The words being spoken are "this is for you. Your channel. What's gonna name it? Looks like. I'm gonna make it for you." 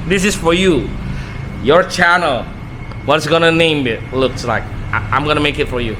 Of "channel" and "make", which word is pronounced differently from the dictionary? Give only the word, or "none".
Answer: none